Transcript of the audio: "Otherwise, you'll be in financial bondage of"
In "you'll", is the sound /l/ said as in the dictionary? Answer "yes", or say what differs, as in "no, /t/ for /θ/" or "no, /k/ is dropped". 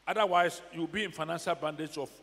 no, /w/ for /l/